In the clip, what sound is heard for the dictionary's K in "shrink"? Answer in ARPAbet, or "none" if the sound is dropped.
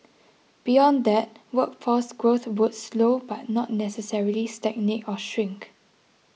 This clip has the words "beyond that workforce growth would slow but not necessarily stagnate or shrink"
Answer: K